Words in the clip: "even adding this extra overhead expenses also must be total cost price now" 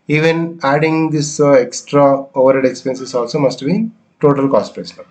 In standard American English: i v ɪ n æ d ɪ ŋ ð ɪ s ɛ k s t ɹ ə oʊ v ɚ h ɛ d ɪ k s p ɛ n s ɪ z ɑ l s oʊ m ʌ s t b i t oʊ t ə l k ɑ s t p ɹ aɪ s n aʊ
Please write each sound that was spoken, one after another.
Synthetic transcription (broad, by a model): i v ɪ n æ d ɪ ŋ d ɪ s ɛ k s t ɹ ə oʊ v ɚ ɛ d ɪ k s p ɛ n s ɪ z ɑ l s oʊ m ʌ s t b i t oʊ t ə l k ɑ s t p aɪ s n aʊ